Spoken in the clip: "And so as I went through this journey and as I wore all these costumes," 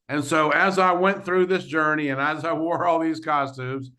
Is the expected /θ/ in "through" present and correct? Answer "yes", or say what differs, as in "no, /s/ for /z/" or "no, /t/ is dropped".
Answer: yes